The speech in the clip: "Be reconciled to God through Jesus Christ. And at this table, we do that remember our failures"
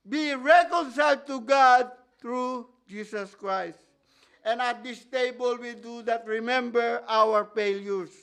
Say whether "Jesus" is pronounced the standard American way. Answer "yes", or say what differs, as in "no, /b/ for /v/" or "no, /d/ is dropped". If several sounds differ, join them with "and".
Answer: no, /s/ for /z/